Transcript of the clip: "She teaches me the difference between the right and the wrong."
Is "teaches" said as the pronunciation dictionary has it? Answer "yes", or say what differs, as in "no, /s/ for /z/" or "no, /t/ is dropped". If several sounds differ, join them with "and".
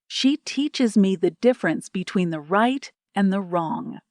yes